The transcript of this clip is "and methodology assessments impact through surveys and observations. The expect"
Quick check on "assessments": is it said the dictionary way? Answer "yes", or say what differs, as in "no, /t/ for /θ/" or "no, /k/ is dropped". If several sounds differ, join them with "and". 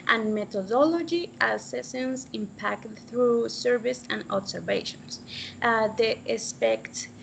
no, /m/ is dropped